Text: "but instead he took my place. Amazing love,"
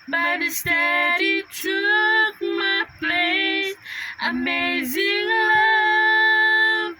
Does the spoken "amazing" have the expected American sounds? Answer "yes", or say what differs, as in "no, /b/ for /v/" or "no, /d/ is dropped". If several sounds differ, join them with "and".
yes